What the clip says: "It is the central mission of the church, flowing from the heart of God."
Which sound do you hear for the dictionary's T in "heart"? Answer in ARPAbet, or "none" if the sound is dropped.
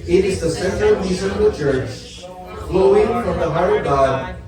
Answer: none